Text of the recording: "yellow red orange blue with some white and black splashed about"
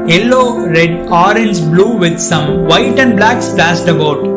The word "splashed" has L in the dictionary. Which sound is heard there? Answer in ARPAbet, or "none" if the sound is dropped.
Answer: none